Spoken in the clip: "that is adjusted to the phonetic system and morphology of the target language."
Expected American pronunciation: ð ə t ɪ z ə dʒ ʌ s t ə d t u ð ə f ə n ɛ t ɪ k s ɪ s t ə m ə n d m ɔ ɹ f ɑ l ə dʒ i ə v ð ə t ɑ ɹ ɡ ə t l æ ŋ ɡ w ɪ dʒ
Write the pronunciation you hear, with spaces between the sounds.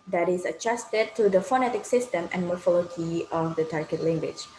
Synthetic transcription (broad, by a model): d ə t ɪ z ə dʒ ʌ s t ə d t u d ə f ə n ɛ t ɪ k s ɪ s t ə m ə n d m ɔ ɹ f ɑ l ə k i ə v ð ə t ɑ ɹ ɡ ə t l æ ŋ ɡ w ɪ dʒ